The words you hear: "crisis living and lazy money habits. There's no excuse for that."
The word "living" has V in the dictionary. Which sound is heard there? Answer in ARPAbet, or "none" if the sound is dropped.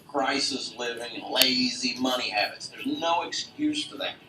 V